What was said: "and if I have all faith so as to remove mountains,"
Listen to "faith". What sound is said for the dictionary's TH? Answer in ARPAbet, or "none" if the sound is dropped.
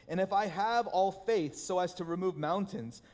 TH